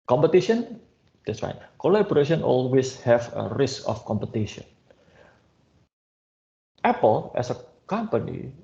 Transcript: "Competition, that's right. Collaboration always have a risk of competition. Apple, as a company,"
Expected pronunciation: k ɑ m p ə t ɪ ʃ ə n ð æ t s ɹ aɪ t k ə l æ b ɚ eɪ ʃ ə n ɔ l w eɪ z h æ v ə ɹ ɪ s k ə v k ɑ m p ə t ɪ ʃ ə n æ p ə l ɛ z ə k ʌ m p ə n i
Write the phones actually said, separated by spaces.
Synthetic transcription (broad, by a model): k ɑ m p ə t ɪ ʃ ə n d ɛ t s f aɪ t k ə l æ b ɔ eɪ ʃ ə n ɔ l w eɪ s h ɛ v ə ɹ ɪ s k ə f k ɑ m p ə t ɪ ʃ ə n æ p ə l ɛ s ə k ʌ m p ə n i